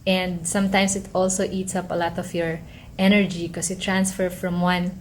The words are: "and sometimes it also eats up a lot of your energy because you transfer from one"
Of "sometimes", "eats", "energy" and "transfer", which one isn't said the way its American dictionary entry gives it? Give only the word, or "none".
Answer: sometimes